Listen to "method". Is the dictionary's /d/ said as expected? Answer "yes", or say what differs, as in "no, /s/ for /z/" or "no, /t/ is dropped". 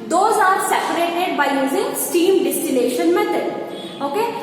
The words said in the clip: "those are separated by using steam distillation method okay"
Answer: no, /d/ is dropped